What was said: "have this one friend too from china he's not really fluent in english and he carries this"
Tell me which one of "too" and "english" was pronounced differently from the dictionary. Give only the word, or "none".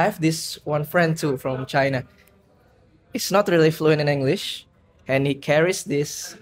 none